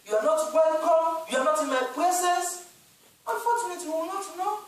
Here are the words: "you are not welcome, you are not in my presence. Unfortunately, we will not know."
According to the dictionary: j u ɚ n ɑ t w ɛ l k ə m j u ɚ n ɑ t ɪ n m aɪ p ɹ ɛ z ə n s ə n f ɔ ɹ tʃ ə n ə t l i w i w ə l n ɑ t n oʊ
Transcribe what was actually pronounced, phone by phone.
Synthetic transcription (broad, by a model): j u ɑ n ɑ t w ɛ l k ə m j u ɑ n ɑ t ɪ n m aɪ p l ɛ s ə s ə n f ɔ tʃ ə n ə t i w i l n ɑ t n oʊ